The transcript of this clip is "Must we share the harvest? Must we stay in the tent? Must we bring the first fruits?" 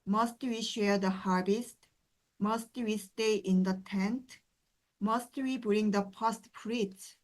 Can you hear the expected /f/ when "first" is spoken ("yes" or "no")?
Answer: no